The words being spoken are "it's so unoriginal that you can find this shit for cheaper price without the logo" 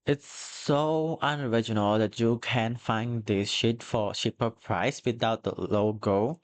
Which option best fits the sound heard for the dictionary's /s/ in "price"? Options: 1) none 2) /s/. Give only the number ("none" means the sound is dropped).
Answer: 2